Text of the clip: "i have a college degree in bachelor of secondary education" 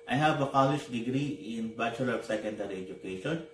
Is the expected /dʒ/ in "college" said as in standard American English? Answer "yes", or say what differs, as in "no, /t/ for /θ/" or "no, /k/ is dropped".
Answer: no, /ʃ/ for /dʒ/